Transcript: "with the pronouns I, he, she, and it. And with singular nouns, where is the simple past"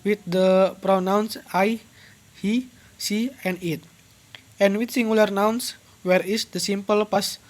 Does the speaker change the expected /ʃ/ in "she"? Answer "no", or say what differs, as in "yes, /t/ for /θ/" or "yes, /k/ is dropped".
yes, /s/ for /ʃ/